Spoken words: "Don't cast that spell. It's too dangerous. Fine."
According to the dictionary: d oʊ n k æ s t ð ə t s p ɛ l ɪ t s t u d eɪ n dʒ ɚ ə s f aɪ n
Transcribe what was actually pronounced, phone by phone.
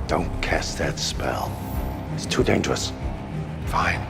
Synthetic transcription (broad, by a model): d oʊ n k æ s ð ə t s p ɛ l ɪ t s t u d eɪ n dʒ ɚ ə s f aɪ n